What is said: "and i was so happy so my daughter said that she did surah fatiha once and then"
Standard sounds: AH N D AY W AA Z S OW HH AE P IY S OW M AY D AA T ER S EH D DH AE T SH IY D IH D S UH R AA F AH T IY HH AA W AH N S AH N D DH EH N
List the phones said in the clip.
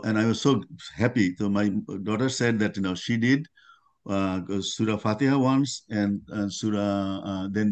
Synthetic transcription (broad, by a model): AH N AY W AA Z S OW HH AE P IY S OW M AY D AA T ER S EH D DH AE T SH IY D IH D S UH R AA F AH T IY HH AA W AH N S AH N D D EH N